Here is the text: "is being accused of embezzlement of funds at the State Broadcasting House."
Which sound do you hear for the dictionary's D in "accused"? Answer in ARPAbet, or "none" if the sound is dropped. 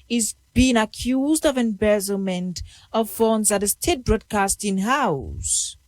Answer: D